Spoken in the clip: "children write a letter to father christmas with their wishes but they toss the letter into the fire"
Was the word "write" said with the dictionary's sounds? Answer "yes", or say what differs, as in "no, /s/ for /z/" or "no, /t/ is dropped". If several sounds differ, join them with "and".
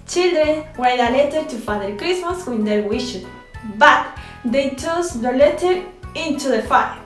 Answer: no, /w/ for /ɹ/